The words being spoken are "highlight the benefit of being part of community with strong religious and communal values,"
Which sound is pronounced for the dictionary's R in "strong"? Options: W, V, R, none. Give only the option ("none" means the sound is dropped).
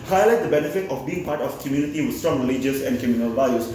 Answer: R